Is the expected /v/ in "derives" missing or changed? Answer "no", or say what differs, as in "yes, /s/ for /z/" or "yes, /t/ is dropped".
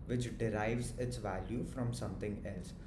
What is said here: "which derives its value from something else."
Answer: no